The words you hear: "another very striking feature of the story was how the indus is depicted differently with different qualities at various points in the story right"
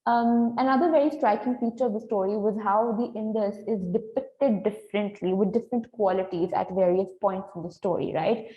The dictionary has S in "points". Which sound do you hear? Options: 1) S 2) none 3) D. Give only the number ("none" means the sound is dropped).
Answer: 1